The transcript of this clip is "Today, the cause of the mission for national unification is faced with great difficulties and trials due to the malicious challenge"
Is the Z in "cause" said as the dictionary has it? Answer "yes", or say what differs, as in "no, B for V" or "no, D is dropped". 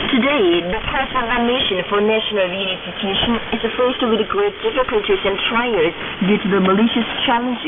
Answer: no, S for Z